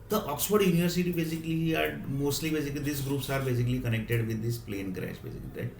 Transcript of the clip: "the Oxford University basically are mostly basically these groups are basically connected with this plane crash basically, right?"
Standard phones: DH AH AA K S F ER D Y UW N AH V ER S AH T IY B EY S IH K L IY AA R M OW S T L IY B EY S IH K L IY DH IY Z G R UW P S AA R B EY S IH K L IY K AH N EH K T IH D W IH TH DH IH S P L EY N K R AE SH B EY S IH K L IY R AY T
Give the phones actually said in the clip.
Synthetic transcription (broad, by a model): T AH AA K S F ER D Y UW N AH V ER S AH T IY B EY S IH K L IY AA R M OW S T L IY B EY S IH K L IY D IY S G R UW P S AA R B EY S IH K L IY K AH N EH K T IH D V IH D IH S P L EY N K R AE S B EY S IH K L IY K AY